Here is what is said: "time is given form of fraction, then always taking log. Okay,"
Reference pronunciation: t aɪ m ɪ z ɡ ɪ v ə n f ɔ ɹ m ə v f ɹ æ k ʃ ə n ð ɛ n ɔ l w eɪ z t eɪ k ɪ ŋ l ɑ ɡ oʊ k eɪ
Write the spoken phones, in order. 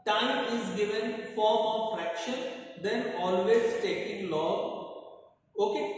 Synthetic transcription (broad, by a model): t aɪ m ɪ z ɡ ɪ v ə n f ɔ ɹ m ə v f ɹ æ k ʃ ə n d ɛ n ɔ l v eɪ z t eɪ k ɪ ŋ l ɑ oʊ k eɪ